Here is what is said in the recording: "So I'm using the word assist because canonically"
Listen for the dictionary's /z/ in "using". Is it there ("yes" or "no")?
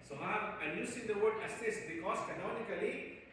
no